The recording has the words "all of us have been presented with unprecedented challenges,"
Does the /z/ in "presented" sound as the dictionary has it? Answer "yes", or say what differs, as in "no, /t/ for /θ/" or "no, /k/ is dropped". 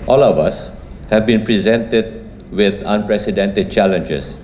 yes